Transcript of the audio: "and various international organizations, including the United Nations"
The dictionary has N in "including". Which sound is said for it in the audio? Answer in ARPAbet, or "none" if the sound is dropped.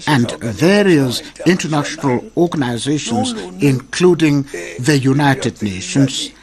N